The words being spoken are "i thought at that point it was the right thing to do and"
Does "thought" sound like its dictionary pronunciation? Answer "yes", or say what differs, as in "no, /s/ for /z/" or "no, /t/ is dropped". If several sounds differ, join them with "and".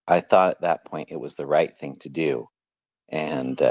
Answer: yes